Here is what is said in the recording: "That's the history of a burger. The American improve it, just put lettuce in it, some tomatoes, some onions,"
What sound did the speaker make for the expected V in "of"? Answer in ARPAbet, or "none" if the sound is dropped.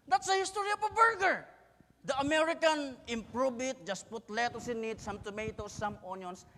P